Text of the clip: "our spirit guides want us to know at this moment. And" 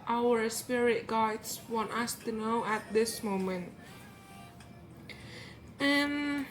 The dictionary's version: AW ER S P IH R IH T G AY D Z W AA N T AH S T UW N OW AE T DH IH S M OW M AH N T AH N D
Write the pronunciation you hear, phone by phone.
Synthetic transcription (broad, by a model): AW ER S P IH R IH T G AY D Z W AA N T AH S T UW N OW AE T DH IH S M OW M AH N T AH N